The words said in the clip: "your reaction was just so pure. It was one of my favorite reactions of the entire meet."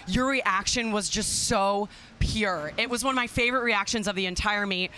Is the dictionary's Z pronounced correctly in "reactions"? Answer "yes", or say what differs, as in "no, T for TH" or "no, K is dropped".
yes